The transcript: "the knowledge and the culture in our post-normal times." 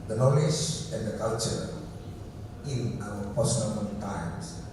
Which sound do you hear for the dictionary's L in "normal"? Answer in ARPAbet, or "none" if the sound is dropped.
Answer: N